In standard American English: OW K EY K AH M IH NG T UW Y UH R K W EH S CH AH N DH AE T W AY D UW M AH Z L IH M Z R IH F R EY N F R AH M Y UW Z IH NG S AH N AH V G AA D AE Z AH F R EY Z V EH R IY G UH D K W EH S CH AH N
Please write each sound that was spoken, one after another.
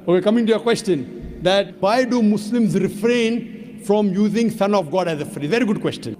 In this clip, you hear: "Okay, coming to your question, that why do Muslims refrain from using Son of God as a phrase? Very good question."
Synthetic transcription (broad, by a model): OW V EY K AH M IH NG T UW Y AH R K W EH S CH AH N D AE T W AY D UW M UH S L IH M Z R IH F R EY N F R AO M Y UW Z IH NG S AH N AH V G AA D AE Z AH F R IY V EH R IY G UH D K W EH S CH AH N